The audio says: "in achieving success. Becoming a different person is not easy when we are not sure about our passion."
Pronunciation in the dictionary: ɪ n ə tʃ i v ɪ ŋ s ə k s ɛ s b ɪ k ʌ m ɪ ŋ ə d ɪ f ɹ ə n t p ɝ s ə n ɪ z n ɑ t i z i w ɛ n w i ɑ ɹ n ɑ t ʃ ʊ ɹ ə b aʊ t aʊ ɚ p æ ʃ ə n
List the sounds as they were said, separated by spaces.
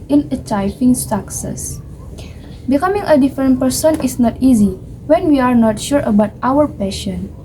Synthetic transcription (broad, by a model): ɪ n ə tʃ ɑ f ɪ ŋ s ə k s ɛ s b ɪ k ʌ m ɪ ŋ ə d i f ɹ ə n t p ɝ s ə n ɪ s n ɑ t i z i w ɛ n w i ɑ ɹ n ɑ t ʃ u ɹ ə b aʊ t aʊ ɚ p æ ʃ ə n